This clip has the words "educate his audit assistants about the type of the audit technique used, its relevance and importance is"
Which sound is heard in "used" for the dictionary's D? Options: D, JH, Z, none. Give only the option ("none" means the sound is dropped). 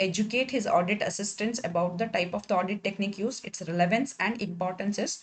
none